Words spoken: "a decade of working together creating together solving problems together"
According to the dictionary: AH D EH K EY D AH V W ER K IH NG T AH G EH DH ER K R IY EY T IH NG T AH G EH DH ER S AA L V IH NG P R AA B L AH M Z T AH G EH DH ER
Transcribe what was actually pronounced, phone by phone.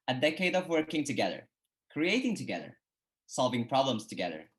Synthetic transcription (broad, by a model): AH D EH K EY D AH V W ER K IH NG T AH G EH DH ER K R IY EY T IH NG T AH G EH DH ER S AA L V IH NG P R AA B L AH M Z T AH G EH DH ER